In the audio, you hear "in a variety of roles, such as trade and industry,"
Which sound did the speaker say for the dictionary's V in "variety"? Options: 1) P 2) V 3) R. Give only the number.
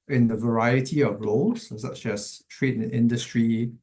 2